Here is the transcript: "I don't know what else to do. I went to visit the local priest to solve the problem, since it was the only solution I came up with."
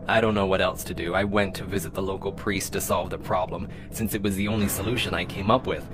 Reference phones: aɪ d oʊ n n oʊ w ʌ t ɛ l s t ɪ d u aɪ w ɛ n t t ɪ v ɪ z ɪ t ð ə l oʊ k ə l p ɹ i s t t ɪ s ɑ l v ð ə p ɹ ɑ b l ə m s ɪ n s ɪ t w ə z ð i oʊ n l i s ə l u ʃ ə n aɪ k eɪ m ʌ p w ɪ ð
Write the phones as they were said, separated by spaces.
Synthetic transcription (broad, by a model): aɪ d oʊ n n oʊ w ʌ t ɛ l s t ɪ d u aɪ w ɛ n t t ɪ v ɪ z ɪ t ð ə l oʊ k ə l p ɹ i s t t ɪ s ɑ l v ð ə p ɹ ɑ b l ə m s ɪ n s ɪ t w ə z ð i oʊ n l i s ə l u ʃ ə n aɪ k eɪ m ʌ p w ɪ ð